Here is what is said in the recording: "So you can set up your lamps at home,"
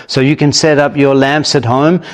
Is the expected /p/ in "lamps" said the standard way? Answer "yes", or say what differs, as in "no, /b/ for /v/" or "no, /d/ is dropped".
yes